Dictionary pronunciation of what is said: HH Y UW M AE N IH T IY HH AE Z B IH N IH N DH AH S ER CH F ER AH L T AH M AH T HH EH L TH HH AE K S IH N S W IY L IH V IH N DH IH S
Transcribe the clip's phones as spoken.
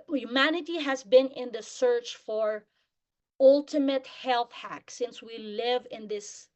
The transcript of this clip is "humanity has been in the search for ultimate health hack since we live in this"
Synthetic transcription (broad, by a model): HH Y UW M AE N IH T IY HH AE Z B IH N IH N DH AH S ER CH F ER AH L T AH M AH T HH EH L TH HH AE K S IH N S W IY L IH V IH N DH IH S